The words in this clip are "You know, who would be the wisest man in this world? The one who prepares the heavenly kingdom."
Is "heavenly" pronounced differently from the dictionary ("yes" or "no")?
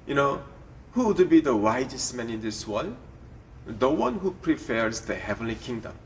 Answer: no